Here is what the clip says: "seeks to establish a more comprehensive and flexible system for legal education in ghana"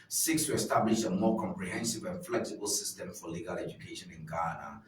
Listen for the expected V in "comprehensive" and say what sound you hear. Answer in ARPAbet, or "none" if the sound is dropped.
V